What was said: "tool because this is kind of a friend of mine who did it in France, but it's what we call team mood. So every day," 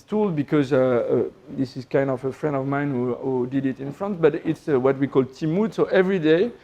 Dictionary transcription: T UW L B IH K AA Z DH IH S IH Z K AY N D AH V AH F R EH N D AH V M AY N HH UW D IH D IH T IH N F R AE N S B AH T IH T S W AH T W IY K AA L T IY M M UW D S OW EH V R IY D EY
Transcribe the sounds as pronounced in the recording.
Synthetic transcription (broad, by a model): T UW L B IH K AA Z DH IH S IH Z K AY N D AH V AH F R EH N D AH V M AY N HH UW D IH D IH T IH N F R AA N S B AH T IH T S W AH T W IY K AA L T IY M M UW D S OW EH V R IY D EY